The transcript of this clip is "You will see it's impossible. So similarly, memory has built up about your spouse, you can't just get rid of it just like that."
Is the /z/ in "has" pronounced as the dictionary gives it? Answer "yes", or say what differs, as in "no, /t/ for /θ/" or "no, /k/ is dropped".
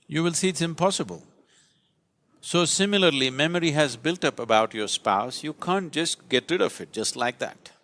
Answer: yes